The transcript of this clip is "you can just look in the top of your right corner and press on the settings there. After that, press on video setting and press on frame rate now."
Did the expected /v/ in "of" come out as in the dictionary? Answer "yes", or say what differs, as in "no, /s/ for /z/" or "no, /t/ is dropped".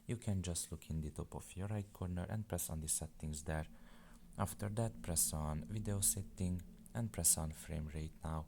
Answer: no, /f/ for /v/